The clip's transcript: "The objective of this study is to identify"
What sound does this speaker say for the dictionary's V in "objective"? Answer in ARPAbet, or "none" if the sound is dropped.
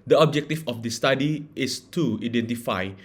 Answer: F